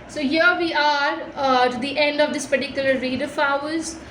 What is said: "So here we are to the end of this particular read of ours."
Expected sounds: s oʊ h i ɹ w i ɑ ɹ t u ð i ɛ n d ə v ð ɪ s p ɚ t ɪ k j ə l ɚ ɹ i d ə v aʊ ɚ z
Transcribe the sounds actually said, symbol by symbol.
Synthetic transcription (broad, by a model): s oʊ h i ɹ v i ɑ ɹ t u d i ɛ n d ə v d ɪ s p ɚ t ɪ k j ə l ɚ ɹ i d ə f aʊ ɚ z